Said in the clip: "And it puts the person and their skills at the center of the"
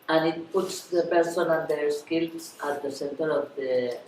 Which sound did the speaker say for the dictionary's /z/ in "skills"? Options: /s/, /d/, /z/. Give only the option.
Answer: /s/